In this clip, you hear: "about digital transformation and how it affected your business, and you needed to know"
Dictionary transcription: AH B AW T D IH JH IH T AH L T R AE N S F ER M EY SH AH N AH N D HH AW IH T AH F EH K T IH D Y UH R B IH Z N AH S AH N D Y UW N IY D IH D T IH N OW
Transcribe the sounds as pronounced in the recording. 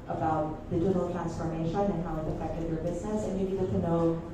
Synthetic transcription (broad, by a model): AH B AW T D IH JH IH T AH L T R AE N S F ER M EY SH AH N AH N HH AW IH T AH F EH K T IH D Y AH R B IH Z N AH S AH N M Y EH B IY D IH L T IH N OW